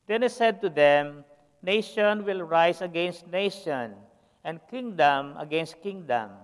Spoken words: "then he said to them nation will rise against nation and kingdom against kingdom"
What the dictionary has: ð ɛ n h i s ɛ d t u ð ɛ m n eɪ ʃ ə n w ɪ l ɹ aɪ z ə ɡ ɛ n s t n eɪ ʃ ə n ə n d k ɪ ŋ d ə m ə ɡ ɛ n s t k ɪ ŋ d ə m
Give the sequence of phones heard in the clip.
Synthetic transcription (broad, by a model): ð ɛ n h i s ɛ d t u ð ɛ m n eɪ ʃ ə n w ɪ l ɹ aɪ s ə ɡ ɛ n s t n eɪ ʃ ə n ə n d k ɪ ŋ d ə m ə ɡ ɛ n s t k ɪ ŋ d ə m